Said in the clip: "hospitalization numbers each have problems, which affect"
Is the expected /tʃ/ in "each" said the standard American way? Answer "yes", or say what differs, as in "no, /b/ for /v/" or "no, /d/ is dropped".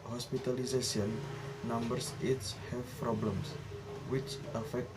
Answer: no, /s/ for /tʃ/